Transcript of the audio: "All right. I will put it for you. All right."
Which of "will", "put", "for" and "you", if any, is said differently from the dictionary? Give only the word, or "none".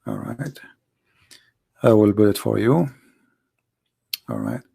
put